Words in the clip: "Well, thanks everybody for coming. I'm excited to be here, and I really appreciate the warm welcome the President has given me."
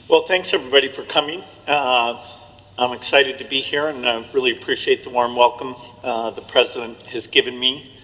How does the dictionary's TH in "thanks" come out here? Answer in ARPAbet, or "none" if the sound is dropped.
TH